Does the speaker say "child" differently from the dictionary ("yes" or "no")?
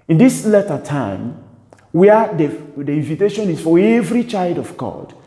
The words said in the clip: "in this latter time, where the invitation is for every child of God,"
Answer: no